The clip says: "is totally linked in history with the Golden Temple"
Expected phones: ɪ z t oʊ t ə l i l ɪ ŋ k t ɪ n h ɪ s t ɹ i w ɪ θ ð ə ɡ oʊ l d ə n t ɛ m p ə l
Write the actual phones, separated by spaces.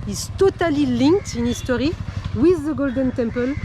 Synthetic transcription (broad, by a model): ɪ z t oʊ t ə l i l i ŋ k t ɪ n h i s t ɹ i w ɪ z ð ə ɡ oʊ l d ə n t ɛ m p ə l